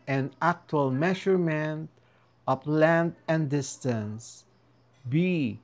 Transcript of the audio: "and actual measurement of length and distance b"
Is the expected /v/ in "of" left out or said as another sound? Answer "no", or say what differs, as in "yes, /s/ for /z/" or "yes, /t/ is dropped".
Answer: yes, /p/ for /v/